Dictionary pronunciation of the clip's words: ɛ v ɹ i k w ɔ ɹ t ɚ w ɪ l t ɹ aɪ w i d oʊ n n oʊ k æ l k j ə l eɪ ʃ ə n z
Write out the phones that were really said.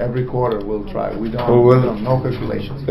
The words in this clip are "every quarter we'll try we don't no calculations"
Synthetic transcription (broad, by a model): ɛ v ɹ i k w ɔ ɹ t ɚ w ɪ l t ɹ aɪ w i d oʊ l n oʊ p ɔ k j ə l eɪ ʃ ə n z